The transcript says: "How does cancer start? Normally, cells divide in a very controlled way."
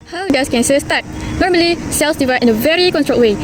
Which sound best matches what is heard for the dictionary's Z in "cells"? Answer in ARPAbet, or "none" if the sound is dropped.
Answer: S